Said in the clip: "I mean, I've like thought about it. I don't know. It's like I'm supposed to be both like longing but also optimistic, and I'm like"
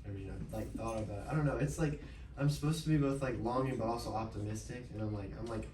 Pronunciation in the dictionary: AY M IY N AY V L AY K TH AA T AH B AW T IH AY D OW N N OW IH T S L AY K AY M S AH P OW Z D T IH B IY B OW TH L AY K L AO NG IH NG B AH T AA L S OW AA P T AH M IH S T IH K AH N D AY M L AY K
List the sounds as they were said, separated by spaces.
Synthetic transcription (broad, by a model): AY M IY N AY L AY K TH AA T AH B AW IH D OW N N OW IH T S L AY K AY M S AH P OW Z T IH B IY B OW TH L AY K L AO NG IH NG B AH T AA L S OW AA P T AH M IH S T IH K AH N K AY M L AY K